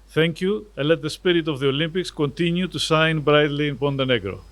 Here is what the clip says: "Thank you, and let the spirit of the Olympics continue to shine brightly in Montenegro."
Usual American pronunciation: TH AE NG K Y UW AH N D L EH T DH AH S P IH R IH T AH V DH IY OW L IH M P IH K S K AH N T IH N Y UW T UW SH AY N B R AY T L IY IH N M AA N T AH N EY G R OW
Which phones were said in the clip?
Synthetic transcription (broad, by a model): TH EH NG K Y UW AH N L EH T DH AH S P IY R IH T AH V DH IY OW L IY M P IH K S K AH N T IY N Y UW T UW S AY N B R AY T L IY N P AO N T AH N EY G R OW